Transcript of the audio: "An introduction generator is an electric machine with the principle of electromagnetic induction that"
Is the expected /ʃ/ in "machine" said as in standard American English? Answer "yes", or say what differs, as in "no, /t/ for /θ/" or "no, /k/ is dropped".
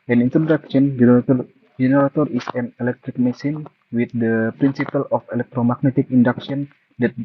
no, /s/ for /ʃ/